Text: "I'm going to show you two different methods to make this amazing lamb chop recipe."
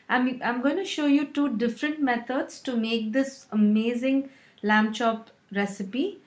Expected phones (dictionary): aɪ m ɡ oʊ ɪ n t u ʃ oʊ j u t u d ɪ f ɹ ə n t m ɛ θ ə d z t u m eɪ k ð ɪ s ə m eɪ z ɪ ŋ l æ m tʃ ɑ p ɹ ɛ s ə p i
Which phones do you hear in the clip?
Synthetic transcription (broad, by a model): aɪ m ɡ oʊ ɪ n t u ʃ oʊ j u t u d ɪ f ɹ ə n t m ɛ t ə d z t u m eɪ k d ɪ s ə m eɪ z ɪ ŋ l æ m tʃ ɑ p ɹ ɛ s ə p i